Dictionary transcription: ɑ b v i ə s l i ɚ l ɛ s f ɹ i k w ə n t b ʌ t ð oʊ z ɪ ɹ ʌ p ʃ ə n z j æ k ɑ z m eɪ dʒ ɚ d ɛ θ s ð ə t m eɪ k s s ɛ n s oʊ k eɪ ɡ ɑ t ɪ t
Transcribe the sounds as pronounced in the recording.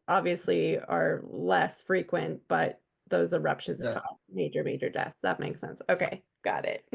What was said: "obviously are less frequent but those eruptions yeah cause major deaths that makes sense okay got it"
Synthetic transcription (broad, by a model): ɑ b v i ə s l i ɚ l ɛ s f ɹ i k w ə n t b ʌ t ð oʊ z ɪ ɹ ʌ p ʃ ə n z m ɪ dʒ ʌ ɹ m eɪ dʒ ɚ d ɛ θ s ð ə t m eɪ k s s ɛ n s oʊ k eɪ ɡ ɑ t ɪ t